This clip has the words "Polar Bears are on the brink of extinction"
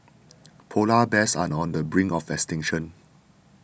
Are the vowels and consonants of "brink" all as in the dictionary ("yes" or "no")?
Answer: no